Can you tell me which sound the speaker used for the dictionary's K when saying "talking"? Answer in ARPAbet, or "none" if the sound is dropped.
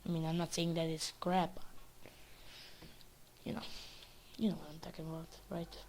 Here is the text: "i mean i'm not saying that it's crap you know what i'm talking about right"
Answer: K